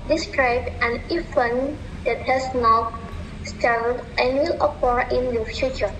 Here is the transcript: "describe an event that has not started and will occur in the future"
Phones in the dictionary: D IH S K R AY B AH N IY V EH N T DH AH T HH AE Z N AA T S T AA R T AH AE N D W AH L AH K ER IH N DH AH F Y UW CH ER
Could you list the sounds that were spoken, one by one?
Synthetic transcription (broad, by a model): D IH S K R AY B AH N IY W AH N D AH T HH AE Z N AA T S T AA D T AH N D W AH L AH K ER IH N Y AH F Y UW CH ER